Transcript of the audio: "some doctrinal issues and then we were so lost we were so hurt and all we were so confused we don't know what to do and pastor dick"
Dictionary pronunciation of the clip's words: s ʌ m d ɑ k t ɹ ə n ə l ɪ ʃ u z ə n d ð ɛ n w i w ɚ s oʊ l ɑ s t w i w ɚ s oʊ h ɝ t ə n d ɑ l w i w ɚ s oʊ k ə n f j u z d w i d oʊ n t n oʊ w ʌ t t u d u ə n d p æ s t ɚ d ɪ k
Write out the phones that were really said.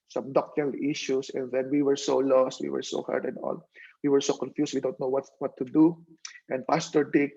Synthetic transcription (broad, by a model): s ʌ m d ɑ k t ɹ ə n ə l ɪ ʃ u s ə n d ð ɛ n w i w ɚ s oʊ l ɑ s t w i w ɚ s oʊ h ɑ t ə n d ɑ l w i w ɚ s oʊ k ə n f j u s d w i d oʊ n t n oʊ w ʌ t t u d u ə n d p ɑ s t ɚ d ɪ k